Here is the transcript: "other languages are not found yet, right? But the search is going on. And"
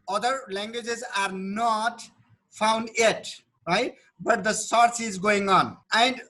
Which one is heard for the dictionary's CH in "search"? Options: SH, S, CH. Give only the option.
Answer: S